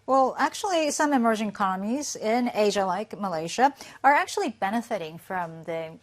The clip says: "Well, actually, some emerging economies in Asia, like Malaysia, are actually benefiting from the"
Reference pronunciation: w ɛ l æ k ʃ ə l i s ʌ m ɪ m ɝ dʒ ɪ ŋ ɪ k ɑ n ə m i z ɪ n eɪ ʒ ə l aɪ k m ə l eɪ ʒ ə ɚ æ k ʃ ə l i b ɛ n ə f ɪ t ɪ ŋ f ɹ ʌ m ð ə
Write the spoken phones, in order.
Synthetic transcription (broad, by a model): w ɛ l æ k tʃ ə l i s ʌ m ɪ m ɝ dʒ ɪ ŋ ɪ k ɑ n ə m i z ɪ n eɪ ʒ ə l aɪ k m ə l eɪ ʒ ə ɚ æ k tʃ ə l i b ɛ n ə f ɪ t ɪ ŋ f ɹ ʌ m ð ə